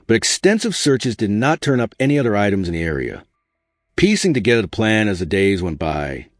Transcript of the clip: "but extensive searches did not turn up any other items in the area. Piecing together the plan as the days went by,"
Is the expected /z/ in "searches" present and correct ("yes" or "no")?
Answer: yes